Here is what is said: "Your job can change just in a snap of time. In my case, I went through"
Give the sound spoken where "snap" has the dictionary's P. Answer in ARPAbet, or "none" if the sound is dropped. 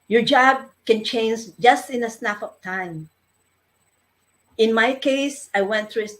F